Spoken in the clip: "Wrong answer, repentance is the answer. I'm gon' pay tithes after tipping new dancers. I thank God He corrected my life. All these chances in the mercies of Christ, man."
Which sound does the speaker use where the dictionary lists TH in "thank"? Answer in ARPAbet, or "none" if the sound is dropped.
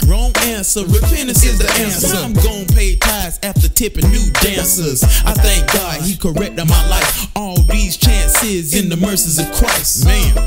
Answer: TH